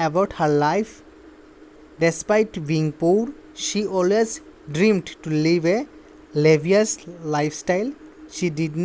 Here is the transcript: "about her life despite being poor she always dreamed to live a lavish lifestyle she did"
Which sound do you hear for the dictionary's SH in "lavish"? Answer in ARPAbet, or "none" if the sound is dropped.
S